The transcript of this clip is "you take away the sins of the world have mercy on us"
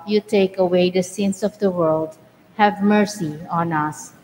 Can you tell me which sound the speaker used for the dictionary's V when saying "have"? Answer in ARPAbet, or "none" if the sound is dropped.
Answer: V